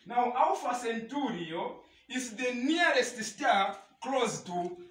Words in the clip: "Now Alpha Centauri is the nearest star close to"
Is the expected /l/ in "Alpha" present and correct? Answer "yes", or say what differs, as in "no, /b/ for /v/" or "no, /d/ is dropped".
no, /w/ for /l/